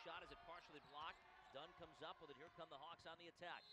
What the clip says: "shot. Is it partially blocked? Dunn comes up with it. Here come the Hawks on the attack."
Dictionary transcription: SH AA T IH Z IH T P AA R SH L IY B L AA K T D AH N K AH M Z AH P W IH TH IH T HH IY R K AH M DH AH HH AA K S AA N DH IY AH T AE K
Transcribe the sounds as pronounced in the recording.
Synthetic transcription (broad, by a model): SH AA T IH Z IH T P AA R SH L IY B L AA K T D AH N K AH M Z AH P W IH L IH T HH IY R K AH M DH AH HH AA K S N DH IY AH T AE K